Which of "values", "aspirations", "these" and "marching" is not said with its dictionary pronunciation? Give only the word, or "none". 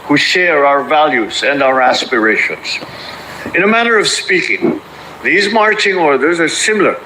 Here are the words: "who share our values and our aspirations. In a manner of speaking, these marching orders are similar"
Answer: none